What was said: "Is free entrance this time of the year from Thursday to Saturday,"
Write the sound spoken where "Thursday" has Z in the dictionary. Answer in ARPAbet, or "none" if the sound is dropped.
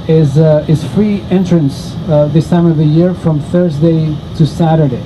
Z